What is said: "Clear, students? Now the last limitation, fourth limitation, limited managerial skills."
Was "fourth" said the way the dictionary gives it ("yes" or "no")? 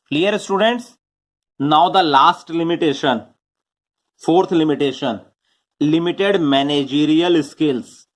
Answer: no